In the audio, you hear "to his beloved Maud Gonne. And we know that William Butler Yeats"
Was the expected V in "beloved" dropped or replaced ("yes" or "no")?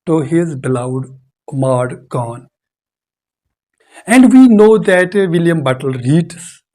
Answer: yes